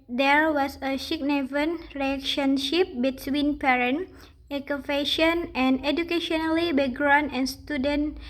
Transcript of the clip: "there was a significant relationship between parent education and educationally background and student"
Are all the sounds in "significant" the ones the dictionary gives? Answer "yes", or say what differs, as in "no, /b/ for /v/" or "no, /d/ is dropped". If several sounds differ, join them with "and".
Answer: no, /ʃ/ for /s/